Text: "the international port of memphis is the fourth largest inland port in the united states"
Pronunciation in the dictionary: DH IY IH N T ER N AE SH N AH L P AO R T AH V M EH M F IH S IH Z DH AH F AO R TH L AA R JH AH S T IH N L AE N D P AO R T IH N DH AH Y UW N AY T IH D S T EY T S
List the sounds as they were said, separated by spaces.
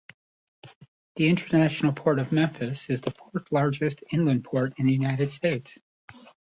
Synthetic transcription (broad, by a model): DH IY IH N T ER N AE SH N L P AO R T AH V M EH M F IH S IH Z DH AH F AO R TH L AA R JH AH S T IH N L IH N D P AO R T IH N DH AH Y UW N AY T IH D S T EY T S